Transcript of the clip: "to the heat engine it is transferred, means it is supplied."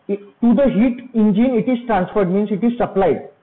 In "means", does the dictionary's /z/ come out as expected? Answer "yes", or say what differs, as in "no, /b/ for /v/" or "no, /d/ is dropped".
no, /s/ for /z/